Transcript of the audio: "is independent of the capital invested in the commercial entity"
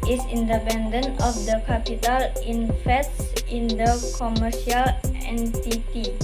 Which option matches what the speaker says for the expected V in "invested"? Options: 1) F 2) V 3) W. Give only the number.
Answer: 1